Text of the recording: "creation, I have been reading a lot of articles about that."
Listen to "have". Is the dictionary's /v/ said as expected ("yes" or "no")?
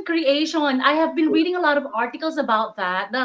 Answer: yes